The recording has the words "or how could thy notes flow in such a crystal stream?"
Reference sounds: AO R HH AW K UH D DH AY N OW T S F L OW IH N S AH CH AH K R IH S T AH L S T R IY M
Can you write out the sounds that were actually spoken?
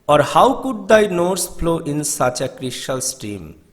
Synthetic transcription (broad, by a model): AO R HH AW K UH D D AY N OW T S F L OW IH N S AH CH AH K R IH SH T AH L S T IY M